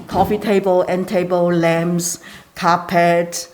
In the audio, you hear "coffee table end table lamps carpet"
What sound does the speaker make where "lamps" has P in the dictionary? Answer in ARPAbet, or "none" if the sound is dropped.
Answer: none